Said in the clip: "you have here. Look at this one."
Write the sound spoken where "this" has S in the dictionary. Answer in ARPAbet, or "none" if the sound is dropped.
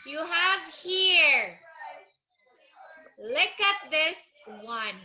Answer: S